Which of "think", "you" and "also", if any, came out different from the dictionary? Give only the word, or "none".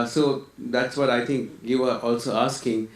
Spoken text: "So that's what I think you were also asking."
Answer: think